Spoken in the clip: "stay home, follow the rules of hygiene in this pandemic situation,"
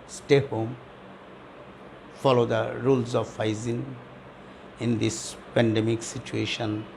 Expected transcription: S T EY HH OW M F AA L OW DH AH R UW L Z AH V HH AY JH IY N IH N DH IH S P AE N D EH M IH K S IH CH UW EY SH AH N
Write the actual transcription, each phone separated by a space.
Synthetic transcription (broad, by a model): S T EY HH OW M F AA L OW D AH R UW L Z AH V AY Z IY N IH N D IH S P AE N D EH M IH K S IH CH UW EY SH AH N